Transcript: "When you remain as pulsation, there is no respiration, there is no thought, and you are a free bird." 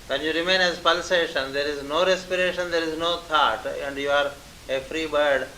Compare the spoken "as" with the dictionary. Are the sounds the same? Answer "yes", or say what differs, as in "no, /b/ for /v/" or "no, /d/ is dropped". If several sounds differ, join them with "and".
yes